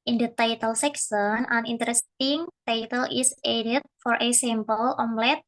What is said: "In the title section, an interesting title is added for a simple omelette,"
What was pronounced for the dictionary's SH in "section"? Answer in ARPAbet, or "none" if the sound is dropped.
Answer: S